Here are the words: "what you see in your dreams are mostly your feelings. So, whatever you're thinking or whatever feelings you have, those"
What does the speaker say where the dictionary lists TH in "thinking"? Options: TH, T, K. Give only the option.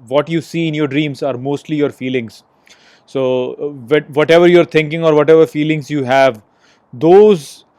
T